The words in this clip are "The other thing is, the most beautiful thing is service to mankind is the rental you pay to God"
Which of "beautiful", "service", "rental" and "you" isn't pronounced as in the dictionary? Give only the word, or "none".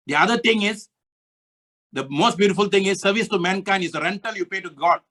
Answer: none